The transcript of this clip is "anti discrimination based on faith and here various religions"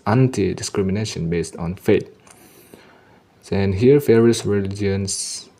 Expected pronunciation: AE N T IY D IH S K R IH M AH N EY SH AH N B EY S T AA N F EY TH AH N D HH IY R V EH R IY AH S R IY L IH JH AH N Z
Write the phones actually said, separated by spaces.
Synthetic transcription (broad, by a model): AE N T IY D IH S K R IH M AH N EY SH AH N B EY S T AA N F EY S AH N HH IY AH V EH R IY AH S R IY L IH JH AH N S